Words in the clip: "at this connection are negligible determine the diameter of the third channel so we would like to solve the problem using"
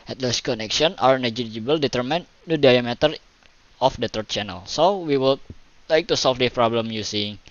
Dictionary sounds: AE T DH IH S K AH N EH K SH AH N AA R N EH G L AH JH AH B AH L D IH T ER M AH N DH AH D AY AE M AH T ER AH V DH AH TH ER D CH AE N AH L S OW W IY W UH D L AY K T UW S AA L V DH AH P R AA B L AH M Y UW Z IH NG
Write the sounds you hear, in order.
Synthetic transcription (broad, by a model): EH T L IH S K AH N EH K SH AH N AA R N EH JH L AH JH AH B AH L D IH T ER M AH N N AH D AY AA M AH T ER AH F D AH T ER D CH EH N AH L S OW W IY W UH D L AY K T UW S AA L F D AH P R AA B L AH M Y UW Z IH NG